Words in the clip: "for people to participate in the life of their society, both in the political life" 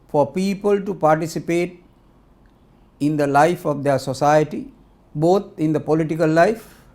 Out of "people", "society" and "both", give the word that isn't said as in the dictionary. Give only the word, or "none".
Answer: both